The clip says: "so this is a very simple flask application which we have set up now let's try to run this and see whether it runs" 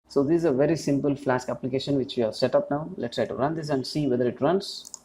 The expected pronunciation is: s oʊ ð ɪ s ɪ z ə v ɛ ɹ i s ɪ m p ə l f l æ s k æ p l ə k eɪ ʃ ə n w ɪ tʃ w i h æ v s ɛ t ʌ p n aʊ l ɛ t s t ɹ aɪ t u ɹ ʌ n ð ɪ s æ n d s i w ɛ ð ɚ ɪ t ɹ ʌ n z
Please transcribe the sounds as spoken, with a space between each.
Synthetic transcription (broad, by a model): s oʊ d ɪ z ə v ɛ ɹ i s ɪ m p ə l f l æ s k æ p l ə k eɪ ʃ ə n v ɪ tʃ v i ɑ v s ɛ t ʌ p n aʊ l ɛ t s t ɹ aɪ t u ɹ ʌ n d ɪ s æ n d s i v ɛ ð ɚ ɪ t ɹ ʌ n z